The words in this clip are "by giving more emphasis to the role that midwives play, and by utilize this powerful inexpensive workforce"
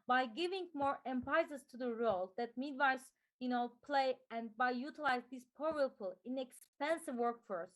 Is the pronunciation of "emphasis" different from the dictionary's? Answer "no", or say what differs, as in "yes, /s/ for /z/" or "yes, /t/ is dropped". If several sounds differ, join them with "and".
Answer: yes, /p/ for /f/